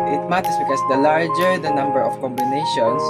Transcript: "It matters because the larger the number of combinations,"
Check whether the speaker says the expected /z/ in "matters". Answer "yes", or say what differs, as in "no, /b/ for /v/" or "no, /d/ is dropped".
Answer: no, /s/ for /z/